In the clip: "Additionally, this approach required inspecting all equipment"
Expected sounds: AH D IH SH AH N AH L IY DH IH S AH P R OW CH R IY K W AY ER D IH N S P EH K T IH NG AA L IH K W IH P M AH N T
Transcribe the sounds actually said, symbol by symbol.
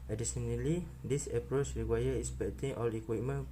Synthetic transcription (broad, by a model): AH D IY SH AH N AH L IY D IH S AH P R OW CH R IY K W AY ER IH S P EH T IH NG AA L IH K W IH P M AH N